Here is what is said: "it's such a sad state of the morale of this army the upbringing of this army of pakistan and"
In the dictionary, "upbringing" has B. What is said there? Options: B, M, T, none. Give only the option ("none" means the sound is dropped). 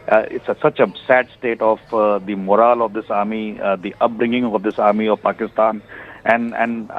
B